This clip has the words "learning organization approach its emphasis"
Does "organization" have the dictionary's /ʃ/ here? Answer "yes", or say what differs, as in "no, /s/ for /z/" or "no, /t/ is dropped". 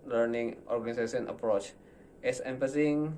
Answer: no, /s/ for /ʃ/